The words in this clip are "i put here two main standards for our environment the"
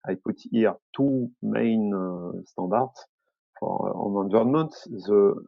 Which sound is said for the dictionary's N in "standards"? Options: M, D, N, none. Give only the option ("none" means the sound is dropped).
none